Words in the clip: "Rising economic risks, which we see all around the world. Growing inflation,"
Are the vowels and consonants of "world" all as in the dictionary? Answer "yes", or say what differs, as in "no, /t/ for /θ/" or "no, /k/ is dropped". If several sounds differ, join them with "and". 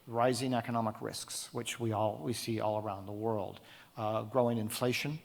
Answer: yes